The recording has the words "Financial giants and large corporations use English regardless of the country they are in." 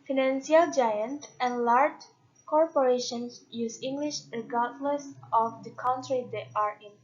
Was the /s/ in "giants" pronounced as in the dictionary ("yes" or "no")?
no